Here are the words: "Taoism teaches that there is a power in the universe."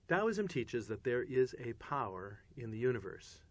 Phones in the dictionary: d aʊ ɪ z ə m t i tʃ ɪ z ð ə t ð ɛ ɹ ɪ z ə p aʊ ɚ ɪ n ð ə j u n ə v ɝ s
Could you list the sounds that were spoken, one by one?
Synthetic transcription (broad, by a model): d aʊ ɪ z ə m t i tʃ ɪ z ð ə t ð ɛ ɹ ɪ z ə p aʊ ɚ ɪ n ð ə j u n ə v ɝ s